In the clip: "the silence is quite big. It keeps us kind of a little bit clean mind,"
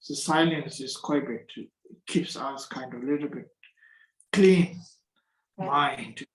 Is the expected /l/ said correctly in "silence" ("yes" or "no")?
yes